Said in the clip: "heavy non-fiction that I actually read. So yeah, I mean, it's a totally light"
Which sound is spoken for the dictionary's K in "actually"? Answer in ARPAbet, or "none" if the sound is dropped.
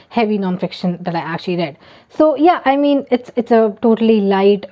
K